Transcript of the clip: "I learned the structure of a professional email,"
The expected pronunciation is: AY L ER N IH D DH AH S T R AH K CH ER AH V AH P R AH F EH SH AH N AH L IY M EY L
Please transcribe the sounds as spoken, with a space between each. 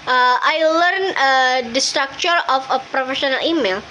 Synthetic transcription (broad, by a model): AY L ER N IH D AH S T R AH K CH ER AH F AH P R AH F EH SH AH N AH L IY M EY L